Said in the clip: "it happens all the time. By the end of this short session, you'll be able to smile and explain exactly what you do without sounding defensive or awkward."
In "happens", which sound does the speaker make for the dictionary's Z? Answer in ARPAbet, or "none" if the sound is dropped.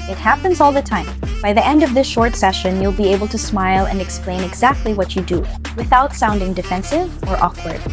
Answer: Z